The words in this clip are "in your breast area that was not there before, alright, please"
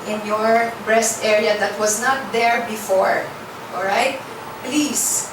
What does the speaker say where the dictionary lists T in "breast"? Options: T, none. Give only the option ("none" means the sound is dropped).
T